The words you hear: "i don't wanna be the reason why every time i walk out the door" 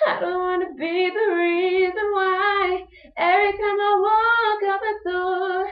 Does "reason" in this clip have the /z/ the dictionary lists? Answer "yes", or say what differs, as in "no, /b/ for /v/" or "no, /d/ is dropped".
yes